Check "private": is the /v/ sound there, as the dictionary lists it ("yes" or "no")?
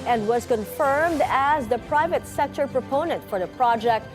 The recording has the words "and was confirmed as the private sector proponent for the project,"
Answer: yes